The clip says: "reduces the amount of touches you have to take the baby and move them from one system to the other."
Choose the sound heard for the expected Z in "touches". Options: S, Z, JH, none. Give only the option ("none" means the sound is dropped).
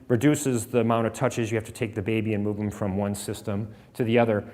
Z